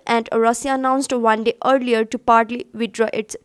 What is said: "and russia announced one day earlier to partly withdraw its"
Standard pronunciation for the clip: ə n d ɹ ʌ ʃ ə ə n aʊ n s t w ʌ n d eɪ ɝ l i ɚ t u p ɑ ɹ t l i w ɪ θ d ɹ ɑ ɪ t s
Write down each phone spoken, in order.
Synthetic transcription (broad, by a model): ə n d ɹ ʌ s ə ə n aʊ n s t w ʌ n d eɪ ɝ l i ɚ t u p ɑ ɹ t l i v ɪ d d ɹ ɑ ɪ t s